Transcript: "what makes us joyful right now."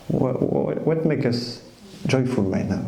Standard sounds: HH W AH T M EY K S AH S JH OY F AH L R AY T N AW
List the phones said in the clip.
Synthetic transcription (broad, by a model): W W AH T M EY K AH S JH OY F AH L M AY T N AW